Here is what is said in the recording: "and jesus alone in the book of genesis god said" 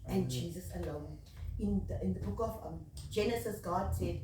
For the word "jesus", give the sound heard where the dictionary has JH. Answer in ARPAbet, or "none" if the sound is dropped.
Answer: JH